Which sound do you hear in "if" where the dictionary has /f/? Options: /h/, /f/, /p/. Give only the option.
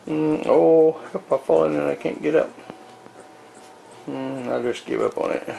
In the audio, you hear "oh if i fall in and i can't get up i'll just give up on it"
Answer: /p/